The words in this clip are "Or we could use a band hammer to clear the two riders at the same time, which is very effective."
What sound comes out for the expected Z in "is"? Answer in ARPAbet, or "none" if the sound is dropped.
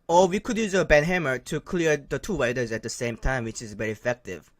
Z